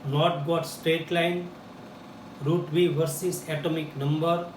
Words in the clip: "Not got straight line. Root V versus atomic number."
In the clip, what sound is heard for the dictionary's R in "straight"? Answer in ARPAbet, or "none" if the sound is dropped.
R